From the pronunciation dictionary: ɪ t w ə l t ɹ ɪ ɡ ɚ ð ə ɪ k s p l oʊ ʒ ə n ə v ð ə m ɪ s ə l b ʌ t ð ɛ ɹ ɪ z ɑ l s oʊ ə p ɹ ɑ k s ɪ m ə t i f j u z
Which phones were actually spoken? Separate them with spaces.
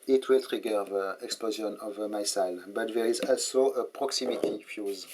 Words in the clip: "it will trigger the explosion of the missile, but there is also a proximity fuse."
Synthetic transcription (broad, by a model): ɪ t w ə l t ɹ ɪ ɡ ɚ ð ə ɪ k s p l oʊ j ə n ə v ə m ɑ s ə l b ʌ t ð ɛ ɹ ɪ z ɑ l s oʊ ə p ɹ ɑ k s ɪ m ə t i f j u z